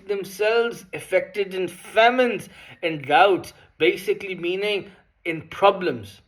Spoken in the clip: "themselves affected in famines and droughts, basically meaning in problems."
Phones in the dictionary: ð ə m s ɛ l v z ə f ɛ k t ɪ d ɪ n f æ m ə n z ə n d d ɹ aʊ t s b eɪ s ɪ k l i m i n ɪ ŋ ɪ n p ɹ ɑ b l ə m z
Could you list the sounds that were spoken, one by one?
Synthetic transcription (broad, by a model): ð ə m s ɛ l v z ə f ɛ k t ɪ d ɪ n f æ m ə n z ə n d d aʊ t s b eɪ s ɪ k l i m i n ɪ ŋ ɪ n p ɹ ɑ b l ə m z